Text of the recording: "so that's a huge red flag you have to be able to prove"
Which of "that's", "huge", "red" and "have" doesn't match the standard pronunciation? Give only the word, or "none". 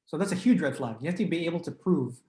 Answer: have